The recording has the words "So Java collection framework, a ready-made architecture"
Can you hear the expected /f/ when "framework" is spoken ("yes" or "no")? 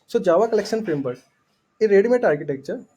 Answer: no